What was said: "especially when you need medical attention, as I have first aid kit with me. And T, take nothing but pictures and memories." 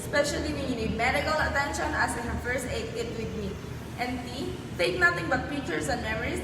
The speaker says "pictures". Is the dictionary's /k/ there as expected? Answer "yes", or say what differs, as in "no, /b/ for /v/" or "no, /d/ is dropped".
no, /k/ is dropped